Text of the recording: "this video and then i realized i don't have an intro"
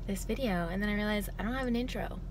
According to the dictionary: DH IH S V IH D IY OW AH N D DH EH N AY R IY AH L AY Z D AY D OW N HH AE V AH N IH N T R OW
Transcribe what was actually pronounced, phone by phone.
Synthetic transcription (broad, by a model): DH IH S V IH D IY OW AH N DH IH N AY R IY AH L AY Z AY D OW N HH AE V AH N IH N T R OW